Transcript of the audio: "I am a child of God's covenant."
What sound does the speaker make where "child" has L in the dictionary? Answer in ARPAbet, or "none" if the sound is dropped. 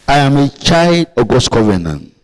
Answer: L